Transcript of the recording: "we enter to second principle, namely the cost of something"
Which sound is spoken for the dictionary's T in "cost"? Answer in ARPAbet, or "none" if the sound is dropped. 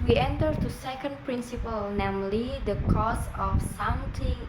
none